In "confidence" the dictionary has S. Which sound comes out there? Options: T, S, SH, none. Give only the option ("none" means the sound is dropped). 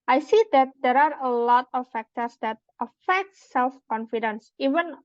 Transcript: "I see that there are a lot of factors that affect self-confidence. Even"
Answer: S